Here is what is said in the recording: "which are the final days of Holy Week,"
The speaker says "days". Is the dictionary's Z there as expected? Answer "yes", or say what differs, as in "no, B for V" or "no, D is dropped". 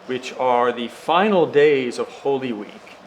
yes